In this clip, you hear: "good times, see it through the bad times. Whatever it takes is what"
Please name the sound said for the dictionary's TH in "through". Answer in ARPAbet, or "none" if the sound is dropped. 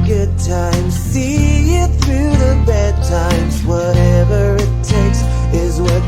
TH